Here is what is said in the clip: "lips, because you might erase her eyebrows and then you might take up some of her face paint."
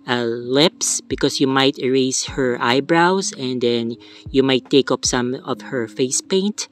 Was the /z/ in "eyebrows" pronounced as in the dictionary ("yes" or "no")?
no